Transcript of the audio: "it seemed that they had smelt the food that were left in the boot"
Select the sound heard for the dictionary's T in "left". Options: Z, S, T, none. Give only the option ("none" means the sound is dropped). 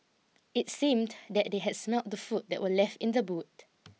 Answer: T